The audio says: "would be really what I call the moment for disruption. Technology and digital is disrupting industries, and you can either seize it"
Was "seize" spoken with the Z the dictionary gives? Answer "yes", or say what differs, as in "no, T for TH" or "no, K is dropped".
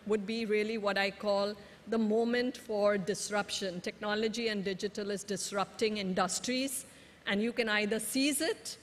yes